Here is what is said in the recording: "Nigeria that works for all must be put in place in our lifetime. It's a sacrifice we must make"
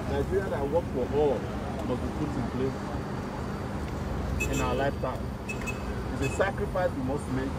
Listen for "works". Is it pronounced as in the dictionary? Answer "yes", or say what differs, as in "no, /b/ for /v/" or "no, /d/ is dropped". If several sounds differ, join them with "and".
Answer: no, /s/ is dropped